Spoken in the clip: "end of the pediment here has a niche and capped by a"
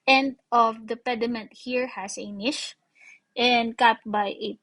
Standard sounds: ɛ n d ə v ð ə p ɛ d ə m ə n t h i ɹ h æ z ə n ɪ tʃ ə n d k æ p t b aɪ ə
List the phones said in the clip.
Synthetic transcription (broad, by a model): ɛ n d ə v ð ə p ɛ d ə m ə n t h i ɹ h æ s ə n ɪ ʃ ə n d k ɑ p t b aɪ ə